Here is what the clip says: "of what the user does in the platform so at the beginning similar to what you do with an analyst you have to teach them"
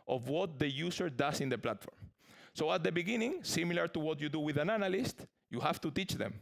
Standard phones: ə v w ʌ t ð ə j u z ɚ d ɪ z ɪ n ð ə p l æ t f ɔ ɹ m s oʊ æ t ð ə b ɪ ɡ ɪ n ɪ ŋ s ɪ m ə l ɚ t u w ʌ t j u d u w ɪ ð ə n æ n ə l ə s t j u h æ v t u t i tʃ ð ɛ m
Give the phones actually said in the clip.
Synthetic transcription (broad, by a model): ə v w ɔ t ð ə j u s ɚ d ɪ s ɪ n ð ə p l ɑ t f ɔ ɹ m s oʊ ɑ t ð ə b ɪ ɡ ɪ n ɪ ŋ s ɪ m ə l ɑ t u w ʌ t j u d u w ɪ ð ə n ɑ n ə l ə s t j u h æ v t u t i tʃ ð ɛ m